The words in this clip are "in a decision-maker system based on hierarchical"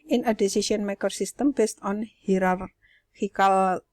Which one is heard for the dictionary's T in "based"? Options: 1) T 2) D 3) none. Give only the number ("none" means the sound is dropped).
1